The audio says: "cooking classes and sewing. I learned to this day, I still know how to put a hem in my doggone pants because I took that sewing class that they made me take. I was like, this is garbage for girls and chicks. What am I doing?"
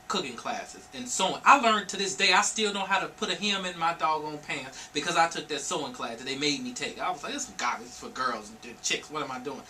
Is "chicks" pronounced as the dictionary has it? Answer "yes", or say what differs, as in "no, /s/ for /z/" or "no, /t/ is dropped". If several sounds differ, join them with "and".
yes